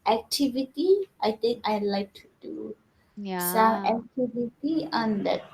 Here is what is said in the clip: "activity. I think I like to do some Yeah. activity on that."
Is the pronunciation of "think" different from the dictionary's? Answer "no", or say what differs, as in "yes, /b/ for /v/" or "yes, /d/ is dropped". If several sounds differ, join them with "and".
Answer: yes, /t/ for /θ/